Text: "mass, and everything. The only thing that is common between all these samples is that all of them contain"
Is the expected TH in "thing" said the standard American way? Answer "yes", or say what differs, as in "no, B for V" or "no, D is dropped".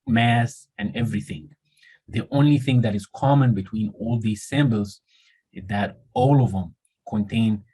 yes